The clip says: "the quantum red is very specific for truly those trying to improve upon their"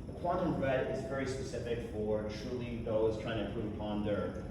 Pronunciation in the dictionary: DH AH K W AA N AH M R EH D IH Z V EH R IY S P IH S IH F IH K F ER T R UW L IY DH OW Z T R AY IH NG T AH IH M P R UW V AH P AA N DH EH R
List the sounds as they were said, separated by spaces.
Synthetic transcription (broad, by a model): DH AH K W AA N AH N R EH D IH Z V EH R IY S P IH S IH F IH K F ER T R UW L IY DH OW Z T R AY IH NG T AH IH P UW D AH P AA N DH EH R